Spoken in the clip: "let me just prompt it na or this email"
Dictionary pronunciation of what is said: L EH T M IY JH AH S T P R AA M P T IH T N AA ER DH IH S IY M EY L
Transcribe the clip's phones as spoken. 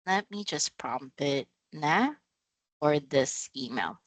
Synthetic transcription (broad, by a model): L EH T M IY JH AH S P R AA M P IH T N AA ER DH IH S IY M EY L